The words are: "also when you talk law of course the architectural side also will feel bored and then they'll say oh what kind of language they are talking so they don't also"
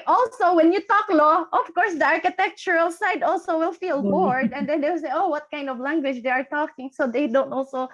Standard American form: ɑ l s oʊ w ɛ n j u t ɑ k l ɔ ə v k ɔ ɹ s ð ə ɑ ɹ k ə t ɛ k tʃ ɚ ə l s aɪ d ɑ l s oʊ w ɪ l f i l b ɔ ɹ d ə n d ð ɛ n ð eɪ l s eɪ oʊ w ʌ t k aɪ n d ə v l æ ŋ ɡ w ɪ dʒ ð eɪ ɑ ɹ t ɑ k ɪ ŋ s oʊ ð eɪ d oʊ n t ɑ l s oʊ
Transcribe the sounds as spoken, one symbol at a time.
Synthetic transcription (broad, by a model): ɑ l s oʊ w ɛ n j u t ɑ k l ɔ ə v k ɔ ɹ s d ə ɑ ɹ k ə t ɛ k tʃ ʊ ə l s aɪ d ɑ l s oʊ w ɪ l f i l b ɔ ɹ d ə n d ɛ n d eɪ w s eɪ oʊ w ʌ t k aɪ n d ə v l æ ŋ ɡ w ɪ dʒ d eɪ ɑ ɹ t ɑ k ɪ ŋ s oʊ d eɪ d oʊ n t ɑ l s oʊ